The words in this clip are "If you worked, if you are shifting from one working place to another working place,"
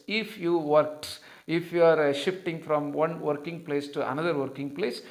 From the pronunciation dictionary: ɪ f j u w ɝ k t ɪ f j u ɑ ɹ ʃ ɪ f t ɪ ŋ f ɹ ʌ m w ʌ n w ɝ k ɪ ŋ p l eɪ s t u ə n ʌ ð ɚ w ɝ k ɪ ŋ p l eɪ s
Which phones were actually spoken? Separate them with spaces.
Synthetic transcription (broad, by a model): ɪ f j u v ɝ k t ɪ f j u ɑ ɹ ʃ ɪ f t ɪ ŋ f ɹ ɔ m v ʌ n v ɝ k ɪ ŋ p l eɪ s t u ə n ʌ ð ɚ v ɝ k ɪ ŋ p l eɪ s